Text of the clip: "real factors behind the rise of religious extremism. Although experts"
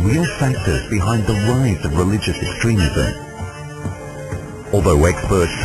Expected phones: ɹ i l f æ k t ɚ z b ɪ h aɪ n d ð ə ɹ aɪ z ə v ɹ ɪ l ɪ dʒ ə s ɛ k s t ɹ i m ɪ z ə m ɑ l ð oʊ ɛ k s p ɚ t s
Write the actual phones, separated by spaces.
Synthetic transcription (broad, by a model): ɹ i l f æ k t ɚ z b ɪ h aɪ n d ð ə ɹ aɪ z ə v ɹ ɪ l ɪ dʒ ə s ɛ k s t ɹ i m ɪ z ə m ɑ l ð oʊ ɛ k s p ɚ t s